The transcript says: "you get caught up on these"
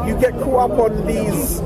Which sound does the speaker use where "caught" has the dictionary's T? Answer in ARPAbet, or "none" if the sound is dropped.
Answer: none